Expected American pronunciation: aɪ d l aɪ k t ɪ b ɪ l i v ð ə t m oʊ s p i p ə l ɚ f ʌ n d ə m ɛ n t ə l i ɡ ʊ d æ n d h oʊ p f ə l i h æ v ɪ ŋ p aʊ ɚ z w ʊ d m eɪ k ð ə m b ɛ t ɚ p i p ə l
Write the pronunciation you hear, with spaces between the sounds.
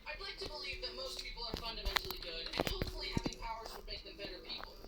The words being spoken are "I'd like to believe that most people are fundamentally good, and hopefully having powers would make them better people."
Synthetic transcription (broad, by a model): aɪ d l aɪ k t ɪ b ɪ l i v ð ə t m oʊ s p i p l ɚ f ʌ n d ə m ɛ n t l i ɡ ʊ d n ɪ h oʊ f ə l i h æ v ɪ ŋ p aʊ ɚ z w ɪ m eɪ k ð ə m b ɛ t ɚ p i p l